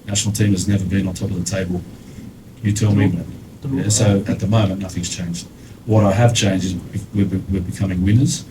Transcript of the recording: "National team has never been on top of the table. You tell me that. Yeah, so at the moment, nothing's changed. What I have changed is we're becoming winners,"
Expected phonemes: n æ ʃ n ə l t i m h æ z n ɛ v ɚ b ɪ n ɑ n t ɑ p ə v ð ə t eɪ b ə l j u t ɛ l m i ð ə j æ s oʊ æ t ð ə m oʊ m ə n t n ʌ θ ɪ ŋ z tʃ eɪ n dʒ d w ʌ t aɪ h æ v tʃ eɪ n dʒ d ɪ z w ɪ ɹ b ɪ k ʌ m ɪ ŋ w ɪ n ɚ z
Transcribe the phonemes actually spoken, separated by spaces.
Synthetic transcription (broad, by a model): n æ ʃ n l t i m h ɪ z n ɛ v ɚ b ɪ n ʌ n t ɑ p ə v ð ə t eɪ b ə l j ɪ t ɛ l m i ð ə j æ s oʊ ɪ t ð ə m oʊ m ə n n ʌ θ ɪ ŋ z tʃ eɪ n dʒ d w ʌ t aɪ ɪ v tʃ eɪ n dʒ d ɪ z w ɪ w b ɪ k ʌ m ɪ ŋ w ɪ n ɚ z